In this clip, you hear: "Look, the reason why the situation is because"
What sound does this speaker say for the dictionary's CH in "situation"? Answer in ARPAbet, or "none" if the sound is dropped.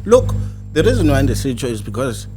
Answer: S